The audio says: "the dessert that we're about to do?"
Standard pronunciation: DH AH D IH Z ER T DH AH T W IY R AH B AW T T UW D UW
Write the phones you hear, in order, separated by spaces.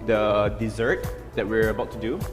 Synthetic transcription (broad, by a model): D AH D IH Z ER T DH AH T W IY R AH B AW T T UW D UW